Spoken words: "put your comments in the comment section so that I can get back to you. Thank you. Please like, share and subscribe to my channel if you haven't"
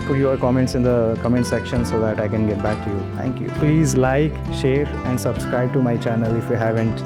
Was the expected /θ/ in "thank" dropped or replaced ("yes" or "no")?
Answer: yes